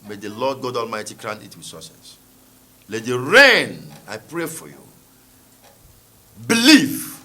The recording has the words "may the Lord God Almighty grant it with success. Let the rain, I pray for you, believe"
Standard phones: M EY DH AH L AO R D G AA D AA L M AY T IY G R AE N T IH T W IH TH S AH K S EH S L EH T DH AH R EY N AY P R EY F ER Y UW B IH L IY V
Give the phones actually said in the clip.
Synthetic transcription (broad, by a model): M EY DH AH L AO D G AA D AA L M AY T IY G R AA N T IH T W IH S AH S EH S L EH T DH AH R EY N AY P R EY F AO Y UW B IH L IY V